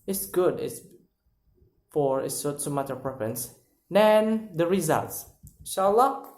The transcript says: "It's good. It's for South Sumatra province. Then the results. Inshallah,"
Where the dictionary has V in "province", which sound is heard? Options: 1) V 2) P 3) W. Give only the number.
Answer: 2